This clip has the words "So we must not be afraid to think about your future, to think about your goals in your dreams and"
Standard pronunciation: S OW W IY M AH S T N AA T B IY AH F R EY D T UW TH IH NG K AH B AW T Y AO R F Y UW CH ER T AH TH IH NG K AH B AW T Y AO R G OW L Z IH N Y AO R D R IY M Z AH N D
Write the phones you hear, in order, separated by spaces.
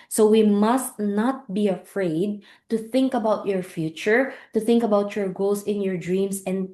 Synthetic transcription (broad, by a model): S OW W IY M AH S T N AA T B IY AH F R EY D T UW TH IH NG K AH B AW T Y AO R F Y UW CH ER T AH TH IH NG K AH B AW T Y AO R G OW L S IH N Y AO R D R IY M S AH N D